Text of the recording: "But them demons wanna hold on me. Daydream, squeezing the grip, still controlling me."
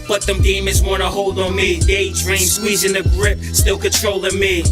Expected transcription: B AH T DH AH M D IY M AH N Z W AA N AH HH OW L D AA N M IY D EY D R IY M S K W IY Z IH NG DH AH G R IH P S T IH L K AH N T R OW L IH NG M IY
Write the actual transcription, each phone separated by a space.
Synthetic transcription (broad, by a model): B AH T DH AH M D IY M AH Z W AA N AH HH OW L D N M IY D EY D R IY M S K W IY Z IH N DH AH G R IH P S T IH L K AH N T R OW L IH M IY